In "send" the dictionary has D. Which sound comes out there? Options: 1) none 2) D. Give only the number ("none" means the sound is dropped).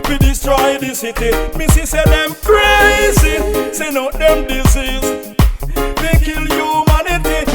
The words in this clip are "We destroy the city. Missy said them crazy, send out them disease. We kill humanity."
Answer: 1